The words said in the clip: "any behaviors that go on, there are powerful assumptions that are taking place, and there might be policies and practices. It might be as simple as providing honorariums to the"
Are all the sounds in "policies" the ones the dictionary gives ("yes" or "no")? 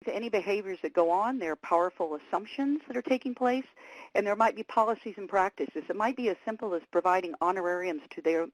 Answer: yes